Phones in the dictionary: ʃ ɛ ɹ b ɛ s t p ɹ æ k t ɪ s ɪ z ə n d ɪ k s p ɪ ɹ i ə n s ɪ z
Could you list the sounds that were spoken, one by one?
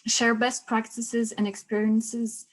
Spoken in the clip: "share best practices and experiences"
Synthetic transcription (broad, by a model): ʃ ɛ ɹ b ɛ s t p ɹ æ k t ɪ s ɪ z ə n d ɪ k s p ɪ ɹ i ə n s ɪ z